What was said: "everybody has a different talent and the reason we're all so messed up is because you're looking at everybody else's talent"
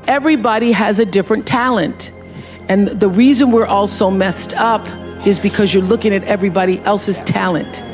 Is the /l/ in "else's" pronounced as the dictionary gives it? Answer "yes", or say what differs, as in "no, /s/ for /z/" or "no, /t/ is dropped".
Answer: yes